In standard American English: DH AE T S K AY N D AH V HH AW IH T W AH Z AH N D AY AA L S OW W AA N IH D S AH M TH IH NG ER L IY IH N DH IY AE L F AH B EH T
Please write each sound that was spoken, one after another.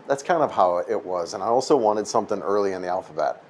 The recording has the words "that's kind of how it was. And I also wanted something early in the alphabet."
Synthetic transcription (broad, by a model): DH AE T S K AY N D AH V HH AW IH T W AH Z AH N AY AA L S OW W AA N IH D S AH M TH IH NG ER L IY IH N DH IY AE L F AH B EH T